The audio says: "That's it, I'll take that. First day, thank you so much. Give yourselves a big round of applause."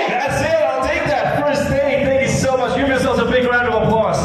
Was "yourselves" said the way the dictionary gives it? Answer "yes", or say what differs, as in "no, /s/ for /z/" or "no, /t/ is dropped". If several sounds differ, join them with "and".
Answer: no, /v/ is dropped